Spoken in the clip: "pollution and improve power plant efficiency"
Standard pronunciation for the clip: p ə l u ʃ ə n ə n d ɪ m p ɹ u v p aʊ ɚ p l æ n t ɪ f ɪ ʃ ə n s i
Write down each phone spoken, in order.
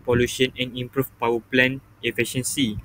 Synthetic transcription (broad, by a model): p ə l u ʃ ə n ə n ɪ m p ɹ u f p aʊ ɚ p l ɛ n ɪ f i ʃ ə n s i